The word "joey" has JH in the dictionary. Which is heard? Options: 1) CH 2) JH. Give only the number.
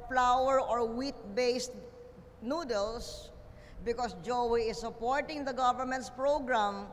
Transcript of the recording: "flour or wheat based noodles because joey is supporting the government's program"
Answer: 2